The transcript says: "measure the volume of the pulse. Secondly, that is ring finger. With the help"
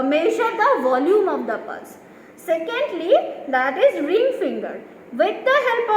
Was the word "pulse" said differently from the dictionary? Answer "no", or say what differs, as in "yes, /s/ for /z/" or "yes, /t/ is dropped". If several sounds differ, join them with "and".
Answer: yes, /l/ is dropped